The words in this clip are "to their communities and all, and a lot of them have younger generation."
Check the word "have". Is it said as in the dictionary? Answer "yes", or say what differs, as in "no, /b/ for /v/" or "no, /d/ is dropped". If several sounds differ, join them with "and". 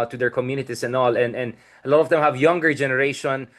yes